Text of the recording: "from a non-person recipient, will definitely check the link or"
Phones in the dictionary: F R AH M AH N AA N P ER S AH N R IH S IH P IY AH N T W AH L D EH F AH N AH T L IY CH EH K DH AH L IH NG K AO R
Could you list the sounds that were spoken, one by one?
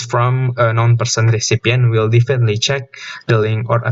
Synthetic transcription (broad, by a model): F R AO M AH N AA N P ER S AH N R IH S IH P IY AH N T W AH L D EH F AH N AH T L IY CH EH K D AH L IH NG AO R